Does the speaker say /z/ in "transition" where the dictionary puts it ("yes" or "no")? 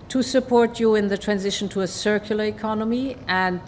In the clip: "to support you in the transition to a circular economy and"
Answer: yes